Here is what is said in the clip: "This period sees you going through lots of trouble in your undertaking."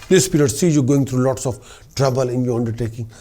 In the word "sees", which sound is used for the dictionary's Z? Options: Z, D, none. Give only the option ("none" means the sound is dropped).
none